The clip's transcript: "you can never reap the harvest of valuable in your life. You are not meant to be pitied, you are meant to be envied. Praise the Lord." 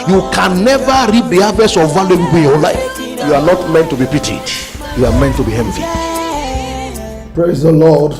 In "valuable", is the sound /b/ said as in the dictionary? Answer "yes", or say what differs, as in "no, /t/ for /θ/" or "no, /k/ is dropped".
no, /b/ is dropped